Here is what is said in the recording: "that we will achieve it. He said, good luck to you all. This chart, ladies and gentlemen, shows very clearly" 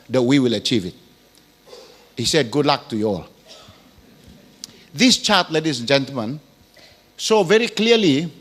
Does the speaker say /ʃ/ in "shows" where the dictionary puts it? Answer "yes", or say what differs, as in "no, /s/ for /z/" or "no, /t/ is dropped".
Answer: no, /s/ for /ʃ/